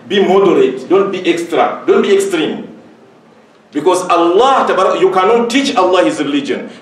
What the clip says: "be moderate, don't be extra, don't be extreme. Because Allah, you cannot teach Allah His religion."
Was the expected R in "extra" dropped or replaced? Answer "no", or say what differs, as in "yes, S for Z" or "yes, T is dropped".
no